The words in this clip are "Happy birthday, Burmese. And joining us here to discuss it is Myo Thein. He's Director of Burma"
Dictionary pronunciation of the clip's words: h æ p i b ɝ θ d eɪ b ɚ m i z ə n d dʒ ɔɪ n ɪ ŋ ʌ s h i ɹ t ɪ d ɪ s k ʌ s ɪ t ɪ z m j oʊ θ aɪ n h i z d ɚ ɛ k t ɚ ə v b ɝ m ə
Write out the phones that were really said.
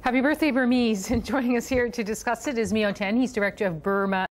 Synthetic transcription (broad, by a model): h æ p i b ɝ θ d eɪ b ɚ m i z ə n dʒ ɔɪ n ɪ ŋ ʌ s h i ɹ t ɪ d ɪ s k ʌ s ɪ t ɪ z m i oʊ t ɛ n h i z d ɚ ɛ k t ɚ ə v b ɝ m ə